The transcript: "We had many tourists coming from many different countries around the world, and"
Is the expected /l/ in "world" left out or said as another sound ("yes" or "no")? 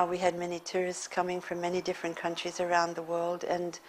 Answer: no